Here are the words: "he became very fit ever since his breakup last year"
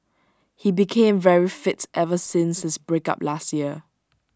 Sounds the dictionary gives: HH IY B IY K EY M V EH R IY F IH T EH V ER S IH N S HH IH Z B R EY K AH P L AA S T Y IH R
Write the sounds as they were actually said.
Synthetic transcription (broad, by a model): HH IY B IY K EY M V EH R IY F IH T EH V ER S IH N S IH S B R EY K AH P L AA S T Y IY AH